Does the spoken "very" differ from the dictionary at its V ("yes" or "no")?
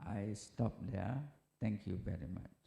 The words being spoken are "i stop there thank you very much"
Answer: no